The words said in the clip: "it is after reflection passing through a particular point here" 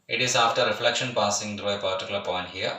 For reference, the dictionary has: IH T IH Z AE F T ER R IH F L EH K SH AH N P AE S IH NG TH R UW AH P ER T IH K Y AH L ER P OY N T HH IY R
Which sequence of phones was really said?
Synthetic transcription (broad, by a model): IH T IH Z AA F T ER R IH F L EH K SH AH N P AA S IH NG T R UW AH P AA T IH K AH L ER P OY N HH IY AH